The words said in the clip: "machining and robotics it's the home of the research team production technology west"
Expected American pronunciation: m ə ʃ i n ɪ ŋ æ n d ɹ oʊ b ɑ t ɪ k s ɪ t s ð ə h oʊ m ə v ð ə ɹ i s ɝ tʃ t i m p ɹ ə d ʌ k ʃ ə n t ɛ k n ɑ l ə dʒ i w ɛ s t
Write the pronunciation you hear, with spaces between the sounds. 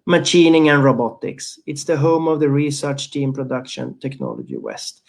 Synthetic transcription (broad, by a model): m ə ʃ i n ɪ ŋ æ n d ɹ oʊ b ɑ t ɪ k s ɪ t s ð ə h oʊ m ə v ð ə ɹ i s ɝ tʃ t i m p ɹ ə d ʌ k ʃ ə n t ɛ k n ɑ l ə dʒ i w ɛ s t